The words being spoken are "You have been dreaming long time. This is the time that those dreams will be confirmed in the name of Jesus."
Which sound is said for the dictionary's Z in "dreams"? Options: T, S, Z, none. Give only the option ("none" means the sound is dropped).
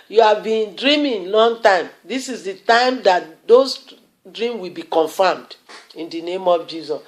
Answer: none